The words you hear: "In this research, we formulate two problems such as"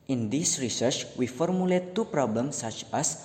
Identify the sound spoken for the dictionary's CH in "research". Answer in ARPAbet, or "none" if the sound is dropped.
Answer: CH